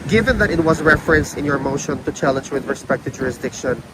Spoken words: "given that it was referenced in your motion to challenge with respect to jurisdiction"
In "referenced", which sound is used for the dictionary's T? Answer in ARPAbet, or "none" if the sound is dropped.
none